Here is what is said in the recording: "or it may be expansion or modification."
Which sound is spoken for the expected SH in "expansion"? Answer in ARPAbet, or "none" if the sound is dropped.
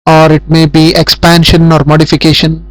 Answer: SH